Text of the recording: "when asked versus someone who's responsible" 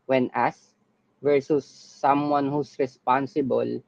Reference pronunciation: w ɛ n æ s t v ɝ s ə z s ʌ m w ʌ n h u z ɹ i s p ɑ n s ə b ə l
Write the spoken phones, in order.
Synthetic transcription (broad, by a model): w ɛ n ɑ s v ɝ s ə s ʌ m w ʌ n h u s ɹ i s p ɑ n s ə b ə l